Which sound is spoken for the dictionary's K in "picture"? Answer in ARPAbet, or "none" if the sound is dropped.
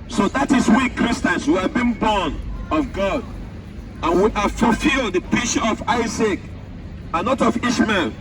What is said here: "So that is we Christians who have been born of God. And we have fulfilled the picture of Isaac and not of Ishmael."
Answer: none